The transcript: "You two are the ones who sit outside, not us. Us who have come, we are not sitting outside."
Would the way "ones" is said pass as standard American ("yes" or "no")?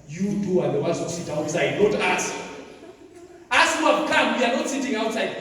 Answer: no